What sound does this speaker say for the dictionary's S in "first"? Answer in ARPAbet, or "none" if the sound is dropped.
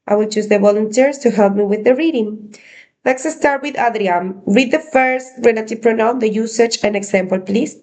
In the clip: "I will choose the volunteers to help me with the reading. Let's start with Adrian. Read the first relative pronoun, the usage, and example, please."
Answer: S